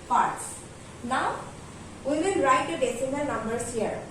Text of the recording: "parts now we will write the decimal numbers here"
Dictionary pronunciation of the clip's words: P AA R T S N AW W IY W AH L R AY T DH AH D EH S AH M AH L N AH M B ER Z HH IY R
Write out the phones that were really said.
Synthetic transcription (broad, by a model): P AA R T S N AW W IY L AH N R AY T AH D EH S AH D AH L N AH M B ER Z HH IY R